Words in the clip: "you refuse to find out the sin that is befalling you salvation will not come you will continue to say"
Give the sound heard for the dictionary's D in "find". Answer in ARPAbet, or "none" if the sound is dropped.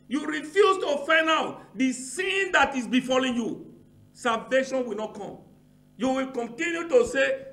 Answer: none